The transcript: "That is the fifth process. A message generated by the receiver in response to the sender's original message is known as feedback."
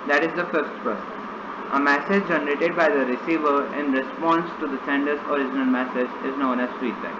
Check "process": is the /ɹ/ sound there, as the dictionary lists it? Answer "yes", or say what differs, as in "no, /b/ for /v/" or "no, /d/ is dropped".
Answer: no, /ɹ/ is dropped